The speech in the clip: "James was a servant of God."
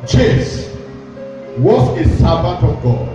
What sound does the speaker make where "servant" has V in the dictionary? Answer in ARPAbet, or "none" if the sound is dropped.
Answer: B